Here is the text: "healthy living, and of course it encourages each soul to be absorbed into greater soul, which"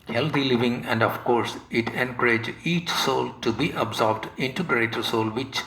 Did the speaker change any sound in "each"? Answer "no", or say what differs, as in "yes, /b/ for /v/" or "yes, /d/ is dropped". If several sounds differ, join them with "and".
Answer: no